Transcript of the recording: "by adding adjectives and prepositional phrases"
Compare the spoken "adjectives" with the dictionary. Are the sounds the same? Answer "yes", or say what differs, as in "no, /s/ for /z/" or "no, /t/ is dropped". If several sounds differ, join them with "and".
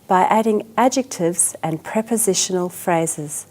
yes